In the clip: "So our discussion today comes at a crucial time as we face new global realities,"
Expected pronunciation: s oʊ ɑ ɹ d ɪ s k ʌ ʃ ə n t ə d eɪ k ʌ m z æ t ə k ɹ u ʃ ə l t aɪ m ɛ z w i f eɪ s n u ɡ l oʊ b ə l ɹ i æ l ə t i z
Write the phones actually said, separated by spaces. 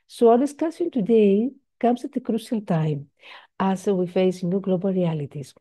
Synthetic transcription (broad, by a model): s oʊ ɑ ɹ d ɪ s k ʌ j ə n t ə d eɪ k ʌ m s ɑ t ə k ɹ u ʃ ə l t aɪ m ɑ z w i f eɪ s n u ɡ l oʊ b ə l ɹ i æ l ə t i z